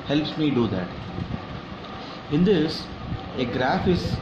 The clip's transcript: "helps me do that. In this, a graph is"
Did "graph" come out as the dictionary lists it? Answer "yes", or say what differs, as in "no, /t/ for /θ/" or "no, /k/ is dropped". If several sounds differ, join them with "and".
yes